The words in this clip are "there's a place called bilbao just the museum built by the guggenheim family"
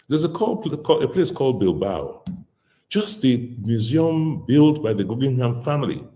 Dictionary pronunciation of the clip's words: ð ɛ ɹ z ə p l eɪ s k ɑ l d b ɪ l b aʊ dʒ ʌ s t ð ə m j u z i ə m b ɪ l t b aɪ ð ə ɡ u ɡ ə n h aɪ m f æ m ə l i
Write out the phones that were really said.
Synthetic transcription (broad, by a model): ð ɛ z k ə p l eɪ s k ɑ l d b ɪ l b aʊ dʒ ʌ s t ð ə m j u z i ə m b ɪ l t b aɪ ð ə ɡ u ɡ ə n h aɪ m f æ m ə l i